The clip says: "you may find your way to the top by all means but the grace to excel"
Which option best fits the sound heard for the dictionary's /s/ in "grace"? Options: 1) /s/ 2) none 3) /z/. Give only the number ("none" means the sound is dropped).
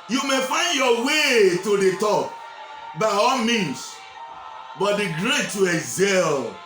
2